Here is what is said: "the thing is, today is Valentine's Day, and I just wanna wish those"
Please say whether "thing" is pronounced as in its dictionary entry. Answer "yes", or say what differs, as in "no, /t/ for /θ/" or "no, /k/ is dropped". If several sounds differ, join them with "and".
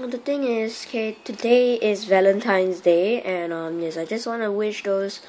no, /t/ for /θ/